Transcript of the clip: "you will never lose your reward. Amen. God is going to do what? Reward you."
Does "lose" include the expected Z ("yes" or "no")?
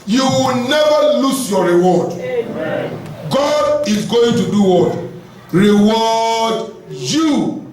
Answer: no